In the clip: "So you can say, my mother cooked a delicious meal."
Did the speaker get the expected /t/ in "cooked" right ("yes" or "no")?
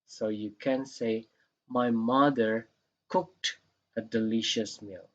yes